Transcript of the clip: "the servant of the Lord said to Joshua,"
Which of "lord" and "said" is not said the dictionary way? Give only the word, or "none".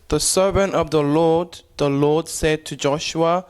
lord